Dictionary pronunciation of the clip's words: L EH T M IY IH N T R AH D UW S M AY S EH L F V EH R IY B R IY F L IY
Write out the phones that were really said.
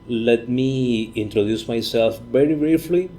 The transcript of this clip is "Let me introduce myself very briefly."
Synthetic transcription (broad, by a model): L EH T M IY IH N T R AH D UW S M AY S EH L F V EH R IY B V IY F L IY